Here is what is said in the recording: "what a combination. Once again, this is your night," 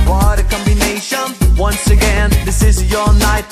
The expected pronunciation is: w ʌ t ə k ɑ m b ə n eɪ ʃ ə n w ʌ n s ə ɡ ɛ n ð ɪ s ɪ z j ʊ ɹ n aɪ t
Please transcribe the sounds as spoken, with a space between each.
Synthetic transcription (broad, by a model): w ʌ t ə k ɑ m b ə n eɪ ʃ ə n w ʌ n s ə ɡ ɛ n ð ɪ s ɪ z j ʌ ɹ n aɪ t